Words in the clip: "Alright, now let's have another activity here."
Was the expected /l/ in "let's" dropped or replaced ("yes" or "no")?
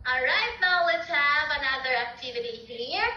yes